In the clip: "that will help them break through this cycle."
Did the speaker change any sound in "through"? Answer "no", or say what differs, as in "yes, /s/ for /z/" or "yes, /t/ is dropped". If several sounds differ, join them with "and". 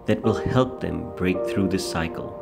no